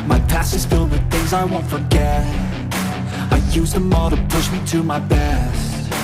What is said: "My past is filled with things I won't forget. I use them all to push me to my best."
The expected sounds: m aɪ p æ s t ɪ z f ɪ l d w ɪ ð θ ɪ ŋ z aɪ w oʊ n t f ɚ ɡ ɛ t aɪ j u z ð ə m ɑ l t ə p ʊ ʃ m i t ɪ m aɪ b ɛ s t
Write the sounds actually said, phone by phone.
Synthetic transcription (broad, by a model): m aɪ p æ s ɪ z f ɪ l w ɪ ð θ ɪ ŋ z aɪ w oʊ n t f ɚ ɡ ɛ t aɪ j u z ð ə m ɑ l t ə p ʊ ʃ m i t ɪ m aɪ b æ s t